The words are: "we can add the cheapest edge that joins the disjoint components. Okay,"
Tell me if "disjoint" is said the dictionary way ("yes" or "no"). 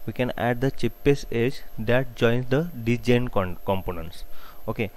no